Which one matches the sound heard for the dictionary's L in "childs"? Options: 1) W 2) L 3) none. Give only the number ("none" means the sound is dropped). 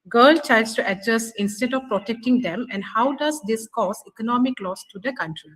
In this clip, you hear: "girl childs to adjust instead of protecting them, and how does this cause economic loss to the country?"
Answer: 3